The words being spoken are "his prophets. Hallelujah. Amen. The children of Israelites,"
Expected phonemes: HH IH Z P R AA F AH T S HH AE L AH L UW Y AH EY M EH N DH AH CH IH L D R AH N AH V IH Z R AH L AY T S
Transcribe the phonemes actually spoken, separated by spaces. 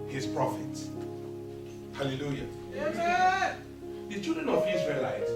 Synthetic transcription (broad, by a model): HH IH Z P R AA F AH T S HH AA L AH L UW Y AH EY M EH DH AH CH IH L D R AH N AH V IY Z R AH L AY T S